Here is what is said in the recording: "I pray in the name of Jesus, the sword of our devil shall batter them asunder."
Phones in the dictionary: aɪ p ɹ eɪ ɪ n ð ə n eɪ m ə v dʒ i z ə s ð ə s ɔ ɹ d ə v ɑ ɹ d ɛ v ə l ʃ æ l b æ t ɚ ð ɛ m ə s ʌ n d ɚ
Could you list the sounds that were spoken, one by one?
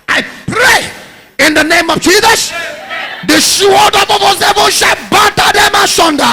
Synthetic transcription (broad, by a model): aɪ p ɹ eɪ ɪ n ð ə n eɪ m ə v dʒ i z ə s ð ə ʃ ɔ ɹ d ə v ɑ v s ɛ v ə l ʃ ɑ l b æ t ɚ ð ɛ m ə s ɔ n d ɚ